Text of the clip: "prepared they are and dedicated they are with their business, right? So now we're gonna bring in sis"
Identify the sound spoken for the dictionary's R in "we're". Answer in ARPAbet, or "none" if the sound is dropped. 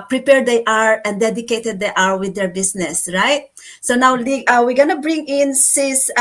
W